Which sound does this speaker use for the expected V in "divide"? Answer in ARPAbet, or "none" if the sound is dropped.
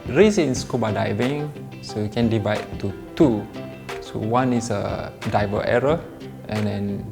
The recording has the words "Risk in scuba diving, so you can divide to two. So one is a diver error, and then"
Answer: V